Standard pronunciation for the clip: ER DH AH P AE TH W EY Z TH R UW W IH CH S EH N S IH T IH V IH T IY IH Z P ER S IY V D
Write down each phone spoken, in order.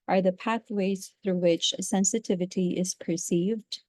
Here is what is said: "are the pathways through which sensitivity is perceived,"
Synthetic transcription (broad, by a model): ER DH AH P AE TH W EY Z TH R UW W IH CH S EH N S IH T IH V IH T IY IH Z P ER S IY V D